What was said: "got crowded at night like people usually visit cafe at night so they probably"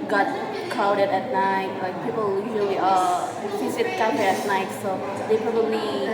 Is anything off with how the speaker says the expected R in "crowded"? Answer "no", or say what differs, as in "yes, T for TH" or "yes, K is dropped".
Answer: yes, R is dropped